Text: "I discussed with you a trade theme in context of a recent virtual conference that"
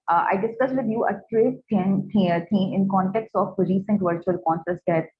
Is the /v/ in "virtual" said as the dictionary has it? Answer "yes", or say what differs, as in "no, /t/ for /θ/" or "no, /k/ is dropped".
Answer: yes